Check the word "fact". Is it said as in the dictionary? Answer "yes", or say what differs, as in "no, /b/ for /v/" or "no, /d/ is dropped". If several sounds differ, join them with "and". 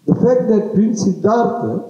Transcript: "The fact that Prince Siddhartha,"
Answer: yes